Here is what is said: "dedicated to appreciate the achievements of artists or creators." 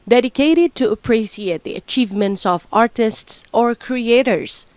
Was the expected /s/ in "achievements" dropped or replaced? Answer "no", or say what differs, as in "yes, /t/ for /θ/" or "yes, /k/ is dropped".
no